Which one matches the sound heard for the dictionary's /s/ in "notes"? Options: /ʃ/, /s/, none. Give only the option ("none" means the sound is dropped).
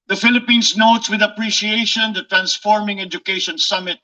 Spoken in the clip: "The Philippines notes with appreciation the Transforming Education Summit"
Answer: /s/